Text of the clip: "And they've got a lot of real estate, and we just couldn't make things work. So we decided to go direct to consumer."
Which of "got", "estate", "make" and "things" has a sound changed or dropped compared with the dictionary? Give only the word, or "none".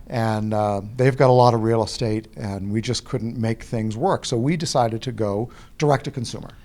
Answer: none